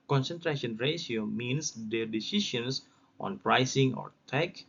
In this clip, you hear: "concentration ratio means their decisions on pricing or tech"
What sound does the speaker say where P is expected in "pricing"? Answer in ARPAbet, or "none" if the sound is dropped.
P